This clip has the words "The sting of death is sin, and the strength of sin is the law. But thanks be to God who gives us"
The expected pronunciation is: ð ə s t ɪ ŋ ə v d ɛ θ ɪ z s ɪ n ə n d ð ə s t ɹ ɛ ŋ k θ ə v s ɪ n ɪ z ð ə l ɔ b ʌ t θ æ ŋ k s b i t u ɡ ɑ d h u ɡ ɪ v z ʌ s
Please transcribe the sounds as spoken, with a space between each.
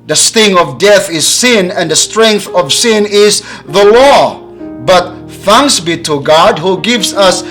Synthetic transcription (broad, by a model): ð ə s t ɪ ŋ ə v d ɛ θ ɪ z s ɪ n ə n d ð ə s t ɹ ɛ ŋ k θ ə v s ɪ n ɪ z ð ə l ɔ b ʌ t θ æ ŋ k s b i t u ɡ ɑ d h u ɡ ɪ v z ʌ s